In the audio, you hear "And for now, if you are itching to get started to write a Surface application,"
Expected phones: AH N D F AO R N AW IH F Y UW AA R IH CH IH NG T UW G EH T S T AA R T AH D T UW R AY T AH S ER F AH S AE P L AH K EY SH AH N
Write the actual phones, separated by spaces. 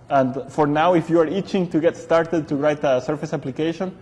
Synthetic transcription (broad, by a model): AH N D F AO R N AW IH F Y UW AA R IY CH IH NG T UW G EH T S T AA R T AH D T UW R AY T AH S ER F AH S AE P L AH K EY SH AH N